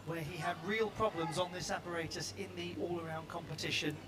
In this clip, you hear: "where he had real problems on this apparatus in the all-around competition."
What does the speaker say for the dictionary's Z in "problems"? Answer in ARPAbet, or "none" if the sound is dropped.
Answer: Z